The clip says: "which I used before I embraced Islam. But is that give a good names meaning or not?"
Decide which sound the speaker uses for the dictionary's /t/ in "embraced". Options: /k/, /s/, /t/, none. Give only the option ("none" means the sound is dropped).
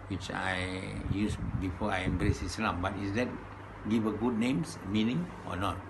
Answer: none